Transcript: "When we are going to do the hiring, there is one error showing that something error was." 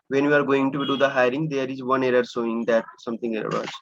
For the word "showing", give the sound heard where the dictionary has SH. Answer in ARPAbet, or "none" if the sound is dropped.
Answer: S